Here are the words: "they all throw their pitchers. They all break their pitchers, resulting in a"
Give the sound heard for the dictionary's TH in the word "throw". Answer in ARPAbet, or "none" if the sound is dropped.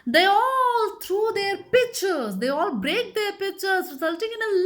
T